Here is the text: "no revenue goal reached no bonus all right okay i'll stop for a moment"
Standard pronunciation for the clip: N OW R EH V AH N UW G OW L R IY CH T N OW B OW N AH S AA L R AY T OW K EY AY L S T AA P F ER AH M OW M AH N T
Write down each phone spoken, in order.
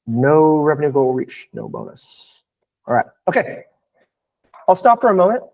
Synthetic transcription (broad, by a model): N OW R EH V AH N UW G OW L R IY CH N OW B OW N AH S AA L R AY T OW K EY AY L S T AA P F ER AH M OW M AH N T